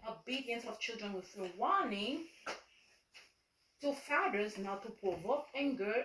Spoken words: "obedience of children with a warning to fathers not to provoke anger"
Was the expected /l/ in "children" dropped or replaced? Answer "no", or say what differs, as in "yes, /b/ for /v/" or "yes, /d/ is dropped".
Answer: no